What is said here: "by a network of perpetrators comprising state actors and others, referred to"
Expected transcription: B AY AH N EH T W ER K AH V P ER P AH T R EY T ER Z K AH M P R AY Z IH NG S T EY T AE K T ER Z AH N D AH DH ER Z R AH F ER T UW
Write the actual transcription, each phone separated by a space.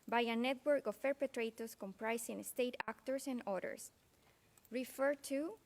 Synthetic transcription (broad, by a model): B AY AH N EH T W ER K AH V P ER P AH T R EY T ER S K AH M P R AY S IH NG S T EY T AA K T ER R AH N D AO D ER S R AH F ER T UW